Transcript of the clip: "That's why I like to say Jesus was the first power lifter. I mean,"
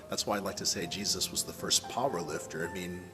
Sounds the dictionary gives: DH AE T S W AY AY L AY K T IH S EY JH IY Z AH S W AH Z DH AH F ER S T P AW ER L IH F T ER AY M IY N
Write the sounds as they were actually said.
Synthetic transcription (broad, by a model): DH AE T S W AY AY L AY K T IH S EY JH IY Z AH S W AH Z DH AH F ER S P AW ER L IH F T ER AY M IY N